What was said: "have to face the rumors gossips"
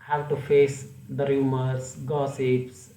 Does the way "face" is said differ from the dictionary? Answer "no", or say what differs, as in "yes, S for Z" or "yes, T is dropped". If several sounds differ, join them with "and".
no